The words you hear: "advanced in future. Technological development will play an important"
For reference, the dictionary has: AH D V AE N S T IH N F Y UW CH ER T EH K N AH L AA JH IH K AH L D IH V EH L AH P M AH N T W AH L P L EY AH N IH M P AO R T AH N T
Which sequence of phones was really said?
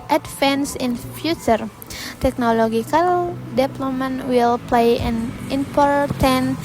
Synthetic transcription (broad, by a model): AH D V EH N S IH N F Y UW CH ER T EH K N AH L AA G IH K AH L D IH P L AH M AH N W AH L P L EY AH N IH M P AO R T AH N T